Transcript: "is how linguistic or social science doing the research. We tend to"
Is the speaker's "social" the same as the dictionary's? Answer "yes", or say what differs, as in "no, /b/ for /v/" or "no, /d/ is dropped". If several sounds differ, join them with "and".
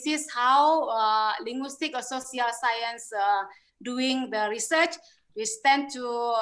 no, /s/ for /ʃ/